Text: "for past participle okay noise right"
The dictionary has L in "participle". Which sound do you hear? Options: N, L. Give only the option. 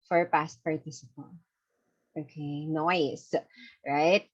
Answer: N